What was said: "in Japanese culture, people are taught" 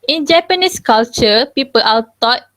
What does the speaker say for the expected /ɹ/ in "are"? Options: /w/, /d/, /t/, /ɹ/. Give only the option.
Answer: /w/